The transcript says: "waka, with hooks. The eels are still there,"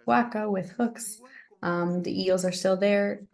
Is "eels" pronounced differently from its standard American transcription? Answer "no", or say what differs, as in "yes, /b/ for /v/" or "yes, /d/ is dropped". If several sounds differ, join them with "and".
no